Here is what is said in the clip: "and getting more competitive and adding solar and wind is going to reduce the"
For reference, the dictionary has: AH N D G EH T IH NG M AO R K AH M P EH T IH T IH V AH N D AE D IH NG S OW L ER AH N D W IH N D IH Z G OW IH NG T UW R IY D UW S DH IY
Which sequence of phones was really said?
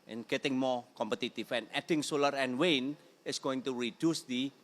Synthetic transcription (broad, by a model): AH N G EH T IH NG M AO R K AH M P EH T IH T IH F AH N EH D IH NG S OW L ER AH N W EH N IH S G OW IH NG T UW R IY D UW S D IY